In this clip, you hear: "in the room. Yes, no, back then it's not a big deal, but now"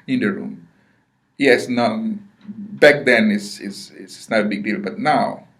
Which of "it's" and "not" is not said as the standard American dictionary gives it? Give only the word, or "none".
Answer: it's